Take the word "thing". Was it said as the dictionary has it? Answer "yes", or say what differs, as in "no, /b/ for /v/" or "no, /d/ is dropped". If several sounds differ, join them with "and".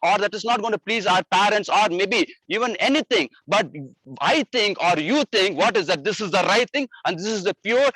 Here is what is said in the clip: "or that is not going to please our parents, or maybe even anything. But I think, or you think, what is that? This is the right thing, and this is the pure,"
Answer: no, /t/ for /θ/